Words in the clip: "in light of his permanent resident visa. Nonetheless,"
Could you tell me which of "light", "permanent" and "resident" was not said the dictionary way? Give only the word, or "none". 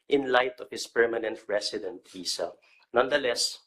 resident